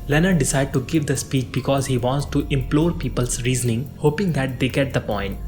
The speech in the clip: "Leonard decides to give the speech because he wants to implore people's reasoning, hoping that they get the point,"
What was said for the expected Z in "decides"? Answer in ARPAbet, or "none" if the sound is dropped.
none